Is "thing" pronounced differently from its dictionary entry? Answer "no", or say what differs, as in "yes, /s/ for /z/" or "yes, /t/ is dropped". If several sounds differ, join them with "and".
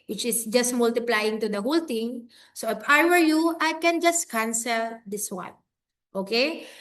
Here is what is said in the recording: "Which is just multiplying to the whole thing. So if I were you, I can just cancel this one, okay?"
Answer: yes, /t/ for /θ/